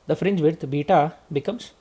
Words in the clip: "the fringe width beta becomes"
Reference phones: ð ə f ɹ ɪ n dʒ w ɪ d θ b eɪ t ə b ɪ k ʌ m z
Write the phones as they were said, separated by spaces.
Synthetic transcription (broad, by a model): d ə f ɹ ɪ n dʒ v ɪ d t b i t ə b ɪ k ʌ m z